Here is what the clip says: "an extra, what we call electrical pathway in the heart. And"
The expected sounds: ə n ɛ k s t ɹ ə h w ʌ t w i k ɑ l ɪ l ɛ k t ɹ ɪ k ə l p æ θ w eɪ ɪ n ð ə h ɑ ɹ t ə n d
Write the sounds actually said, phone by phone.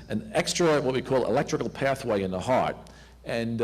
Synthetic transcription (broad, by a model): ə n ɛ k s t ɹ ə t w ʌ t w i k ɑ l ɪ l ɛ k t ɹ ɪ k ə l p æ θ w eɪ ɪ n ð ə h ɑ ɹ t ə n